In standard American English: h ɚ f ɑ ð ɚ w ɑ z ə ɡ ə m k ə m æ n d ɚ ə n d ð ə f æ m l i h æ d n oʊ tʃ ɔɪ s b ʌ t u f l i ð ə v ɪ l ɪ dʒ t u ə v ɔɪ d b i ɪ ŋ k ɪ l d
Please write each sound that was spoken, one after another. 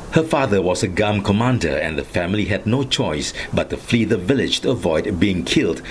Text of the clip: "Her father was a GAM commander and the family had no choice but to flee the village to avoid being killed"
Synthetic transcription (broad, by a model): h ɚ f ɑ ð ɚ w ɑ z ə ɡ ə m k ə m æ n d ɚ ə n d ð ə f æ m l i h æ d n oʊ tʃ ɔɪ s b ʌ t u f l i ð ə v ɪ l ɪ dʒ t u ə v ɔɪ d b i ɪ ŋ k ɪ l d